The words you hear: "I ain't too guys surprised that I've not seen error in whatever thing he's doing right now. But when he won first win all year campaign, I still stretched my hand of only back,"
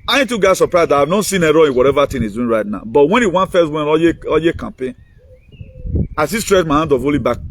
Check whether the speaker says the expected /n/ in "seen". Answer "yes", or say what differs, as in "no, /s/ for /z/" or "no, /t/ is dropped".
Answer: yes